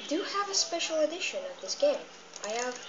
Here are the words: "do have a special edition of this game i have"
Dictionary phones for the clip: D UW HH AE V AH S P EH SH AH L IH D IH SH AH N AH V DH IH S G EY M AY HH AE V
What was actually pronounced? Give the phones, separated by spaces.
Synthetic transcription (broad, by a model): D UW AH V AH S P EH SH L IH D IH SH AH N AH V DH IH S G EY M AY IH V